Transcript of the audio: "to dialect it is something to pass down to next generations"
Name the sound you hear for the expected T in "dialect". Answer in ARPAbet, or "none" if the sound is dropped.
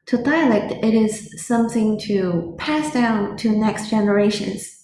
T